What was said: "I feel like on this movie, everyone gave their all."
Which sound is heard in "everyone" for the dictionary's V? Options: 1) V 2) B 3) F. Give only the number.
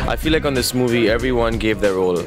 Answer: 1